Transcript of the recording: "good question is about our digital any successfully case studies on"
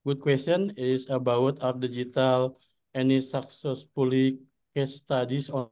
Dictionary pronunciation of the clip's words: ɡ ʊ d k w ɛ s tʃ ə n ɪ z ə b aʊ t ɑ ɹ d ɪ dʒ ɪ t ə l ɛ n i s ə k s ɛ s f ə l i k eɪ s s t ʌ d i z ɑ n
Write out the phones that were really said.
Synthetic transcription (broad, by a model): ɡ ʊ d k w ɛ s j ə n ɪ s ə b aʊ t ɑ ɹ d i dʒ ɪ t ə l ɛ n i s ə k s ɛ s p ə l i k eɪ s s t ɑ d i s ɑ